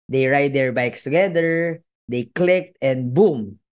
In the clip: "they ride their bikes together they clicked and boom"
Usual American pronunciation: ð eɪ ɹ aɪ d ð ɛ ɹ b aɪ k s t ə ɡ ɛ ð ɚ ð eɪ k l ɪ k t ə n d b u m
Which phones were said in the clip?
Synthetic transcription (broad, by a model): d eɪ ɹ aɪ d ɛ ɹ b aɪ k s t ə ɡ ɛ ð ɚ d eɪ k l ɪ k t ə n d b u m